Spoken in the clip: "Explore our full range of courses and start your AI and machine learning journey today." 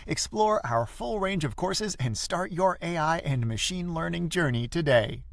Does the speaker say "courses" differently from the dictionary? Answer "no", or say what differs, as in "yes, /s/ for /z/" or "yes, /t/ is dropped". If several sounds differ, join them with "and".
no